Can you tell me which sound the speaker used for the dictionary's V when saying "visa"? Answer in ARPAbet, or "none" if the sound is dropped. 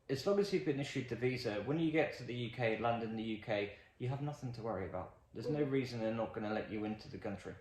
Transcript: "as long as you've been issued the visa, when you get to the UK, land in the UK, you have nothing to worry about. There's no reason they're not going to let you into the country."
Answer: V